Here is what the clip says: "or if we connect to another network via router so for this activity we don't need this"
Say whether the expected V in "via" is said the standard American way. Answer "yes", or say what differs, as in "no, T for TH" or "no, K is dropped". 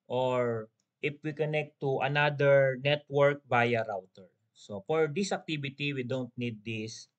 no, B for V